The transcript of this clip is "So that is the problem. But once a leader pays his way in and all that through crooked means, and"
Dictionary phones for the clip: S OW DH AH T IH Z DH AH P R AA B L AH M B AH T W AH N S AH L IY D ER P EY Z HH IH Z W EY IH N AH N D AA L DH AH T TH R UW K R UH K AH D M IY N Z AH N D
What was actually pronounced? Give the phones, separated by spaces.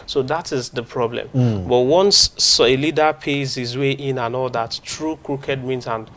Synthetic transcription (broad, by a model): S OW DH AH T IH Z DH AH P R AA B L AH M B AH T W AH N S AH L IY D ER P EY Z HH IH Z W EY IH N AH N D AA L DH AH T T R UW K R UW K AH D M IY N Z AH N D